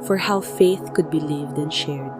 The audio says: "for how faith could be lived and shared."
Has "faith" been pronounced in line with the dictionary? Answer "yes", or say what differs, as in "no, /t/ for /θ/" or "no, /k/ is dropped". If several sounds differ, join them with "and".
yes